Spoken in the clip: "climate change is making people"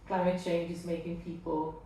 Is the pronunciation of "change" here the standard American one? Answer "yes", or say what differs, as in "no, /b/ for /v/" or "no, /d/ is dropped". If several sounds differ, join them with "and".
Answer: yes